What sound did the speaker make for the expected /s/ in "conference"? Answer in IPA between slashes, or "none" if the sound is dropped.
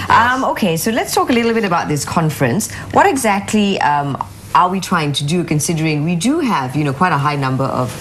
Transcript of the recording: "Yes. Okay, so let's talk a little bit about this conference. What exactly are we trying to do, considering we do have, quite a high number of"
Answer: /s/